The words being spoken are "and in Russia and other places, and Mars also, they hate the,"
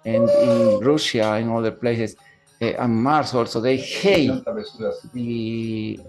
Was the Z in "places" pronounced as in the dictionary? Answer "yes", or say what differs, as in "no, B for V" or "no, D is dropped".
no, S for Z